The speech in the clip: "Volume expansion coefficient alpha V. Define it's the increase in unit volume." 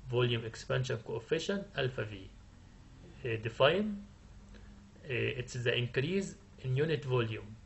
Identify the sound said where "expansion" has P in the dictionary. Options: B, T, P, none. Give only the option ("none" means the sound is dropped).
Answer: P